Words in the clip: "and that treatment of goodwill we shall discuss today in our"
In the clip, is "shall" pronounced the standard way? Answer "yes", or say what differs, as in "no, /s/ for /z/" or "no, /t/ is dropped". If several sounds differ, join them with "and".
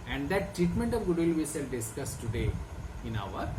no, /s/ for /ʃ/